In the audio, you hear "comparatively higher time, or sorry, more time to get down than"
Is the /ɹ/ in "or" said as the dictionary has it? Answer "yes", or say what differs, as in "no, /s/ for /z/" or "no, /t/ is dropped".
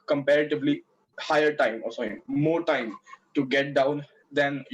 no, /l/ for /ɹ/